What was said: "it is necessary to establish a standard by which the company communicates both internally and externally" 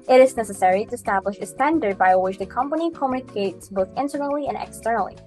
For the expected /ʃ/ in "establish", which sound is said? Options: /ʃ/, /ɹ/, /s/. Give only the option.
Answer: /ʃ/